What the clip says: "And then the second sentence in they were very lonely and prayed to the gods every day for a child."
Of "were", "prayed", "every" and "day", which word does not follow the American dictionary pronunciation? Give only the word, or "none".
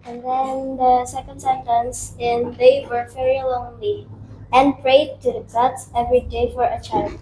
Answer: none